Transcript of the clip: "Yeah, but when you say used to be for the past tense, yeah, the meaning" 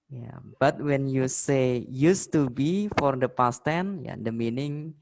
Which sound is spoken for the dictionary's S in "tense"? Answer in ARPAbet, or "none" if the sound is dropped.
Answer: none